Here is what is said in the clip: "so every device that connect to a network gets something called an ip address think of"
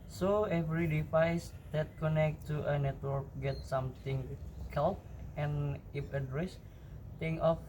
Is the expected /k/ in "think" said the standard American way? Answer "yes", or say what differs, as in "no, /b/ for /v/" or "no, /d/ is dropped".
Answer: no, /k/ is dropped